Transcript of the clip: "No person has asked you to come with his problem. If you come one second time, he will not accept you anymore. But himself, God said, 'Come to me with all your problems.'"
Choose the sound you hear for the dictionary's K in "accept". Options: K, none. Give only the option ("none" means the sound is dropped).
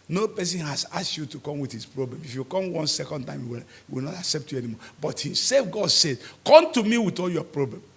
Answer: K